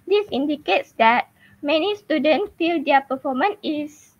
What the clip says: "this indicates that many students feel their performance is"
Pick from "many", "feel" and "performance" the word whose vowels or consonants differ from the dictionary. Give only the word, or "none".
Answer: performance